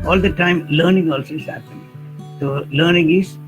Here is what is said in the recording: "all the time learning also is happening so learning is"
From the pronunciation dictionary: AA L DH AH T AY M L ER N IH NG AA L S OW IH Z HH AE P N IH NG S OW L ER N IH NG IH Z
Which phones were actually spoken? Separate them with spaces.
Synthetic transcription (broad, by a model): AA L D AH T AY M L ER N IH NG AA L S OW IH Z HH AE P IH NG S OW L ER N IH NG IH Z